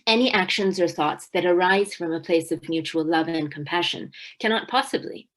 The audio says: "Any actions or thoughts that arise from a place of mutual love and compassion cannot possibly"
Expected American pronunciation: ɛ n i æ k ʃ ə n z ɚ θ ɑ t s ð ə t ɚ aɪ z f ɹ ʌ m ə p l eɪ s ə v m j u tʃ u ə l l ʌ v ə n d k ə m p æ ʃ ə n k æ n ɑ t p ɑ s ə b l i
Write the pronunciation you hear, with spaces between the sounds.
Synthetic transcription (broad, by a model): ɛ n i æ k ʃ ə n z ɚ θ ɑ t s ð ə t ɚ aɪ z f ɹ ʌ m ə p l eɪ s ə v m j u tʃ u l l ʌ v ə n k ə m p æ ʃ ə n k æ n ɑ t p ɑ s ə b l i